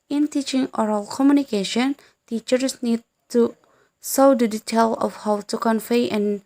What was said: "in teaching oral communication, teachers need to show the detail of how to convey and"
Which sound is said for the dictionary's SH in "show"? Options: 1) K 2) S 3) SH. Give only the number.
2